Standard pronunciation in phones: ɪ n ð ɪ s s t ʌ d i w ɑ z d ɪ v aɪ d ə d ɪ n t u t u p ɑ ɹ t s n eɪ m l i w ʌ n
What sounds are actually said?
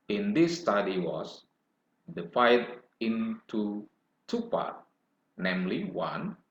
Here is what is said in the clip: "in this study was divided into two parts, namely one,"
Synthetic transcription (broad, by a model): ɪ n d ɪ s s t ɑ d i w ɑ s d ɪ f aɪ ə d ɪ n t u t u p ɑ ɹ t n eɪ m l i w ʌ n